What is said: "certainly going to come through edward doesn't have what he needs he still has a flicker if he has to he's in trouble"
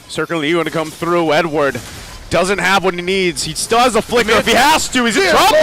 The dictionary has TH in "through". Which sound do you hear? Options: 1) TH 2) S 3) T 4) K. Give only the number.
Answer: 1